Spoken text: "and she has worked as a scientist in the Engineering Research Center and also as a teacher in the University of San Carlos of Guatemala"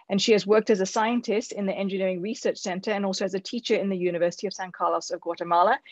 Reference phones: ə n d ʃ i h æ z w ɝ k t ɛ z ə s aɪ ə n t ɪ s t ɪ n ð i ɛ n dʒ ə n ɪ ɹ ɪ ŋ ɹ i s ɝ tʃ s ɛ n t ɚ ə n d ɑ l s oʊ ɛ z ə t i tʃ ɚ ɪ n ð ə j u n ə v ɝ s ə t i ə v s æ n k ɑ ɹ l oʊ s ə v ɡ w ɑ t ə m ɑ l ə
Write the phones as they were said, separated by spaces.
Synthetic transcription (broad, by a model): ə n ʃ i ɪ z w ɝ k t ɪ z ə s aɪ ə n t ɪ s t ɪ n ð i ɛ n dʒ ə n ɪ ɹ ɪ ŋ ɹ i s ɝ tʃ s ɛ n t ɚ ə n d ɑ l s oʊ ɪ z ə t i tʃ ɚ ɪ n ð ə j u n ə v ɝ s ə t i ə v s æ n k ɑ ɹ l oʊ s ə v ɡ w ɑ t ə m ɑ l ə